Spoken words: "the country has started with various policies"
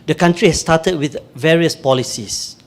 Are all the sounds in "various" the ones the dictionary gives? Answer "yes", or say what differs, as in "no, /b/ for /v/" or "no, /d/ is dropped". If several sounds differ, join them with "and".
yes